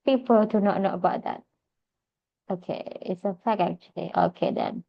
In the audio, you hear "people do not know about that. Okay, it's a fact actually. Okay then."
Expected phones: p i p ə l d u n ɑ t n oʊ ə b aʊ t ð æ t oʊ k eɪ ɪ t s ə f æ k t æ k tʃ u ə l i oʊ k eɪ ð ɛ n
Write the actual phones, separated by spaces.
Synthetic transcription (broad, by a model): p i p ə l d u n ɑ t n oʊ ə b aʊ t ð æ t oʊ k eɪ ɪ t s ə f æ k æ k tʃ u ə l i oʊ k eɪ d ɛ n